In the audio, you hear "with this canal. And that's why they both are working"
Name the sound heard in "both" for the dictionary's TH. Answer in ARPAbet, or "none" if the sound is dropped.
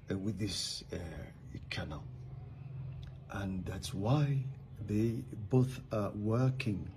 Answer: TH